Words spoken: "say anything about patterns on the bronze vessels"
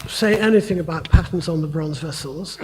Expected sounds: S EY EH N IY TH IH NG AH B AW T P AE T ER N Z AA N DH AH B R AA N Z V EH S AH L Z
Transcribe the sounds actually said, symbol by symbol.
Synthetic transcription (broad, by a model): S EY EH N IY TH IH NG AH B AW T P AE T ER N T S N DH AH B R AA N Z V EH S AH L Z